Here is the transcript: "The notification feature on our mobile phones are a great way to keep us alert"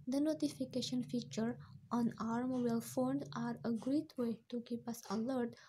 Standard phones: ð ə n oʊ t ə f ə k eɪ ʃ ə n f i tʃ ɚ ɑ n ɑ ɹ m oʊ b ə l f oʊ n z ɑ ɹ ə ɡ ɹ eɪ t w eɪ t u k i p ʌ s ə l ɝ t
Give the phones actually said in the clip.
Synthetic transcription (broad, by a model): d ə n oʊ t ə f ə k eɪ ʃ ə n f i tʃ ɚ ɑ n ɑ ɹ m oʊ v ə l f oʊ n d ɑ ɹ ə ɡ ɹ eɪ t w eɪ t u k i p ʌ s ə l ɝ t